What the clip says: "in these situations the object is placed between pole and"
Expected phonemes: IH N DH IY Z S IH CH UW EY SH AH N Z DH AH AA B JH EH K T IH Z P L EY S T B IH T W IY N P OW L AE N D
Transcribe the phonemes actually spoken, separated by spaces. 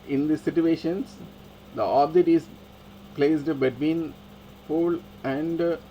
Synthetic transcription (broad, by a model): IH N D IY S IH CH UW EY SH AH N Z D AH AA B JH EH T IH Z P L EY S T B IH T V IY N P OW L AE N D